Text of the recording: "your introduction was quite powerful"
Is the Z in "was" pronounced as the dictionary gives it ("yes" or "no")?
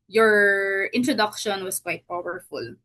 no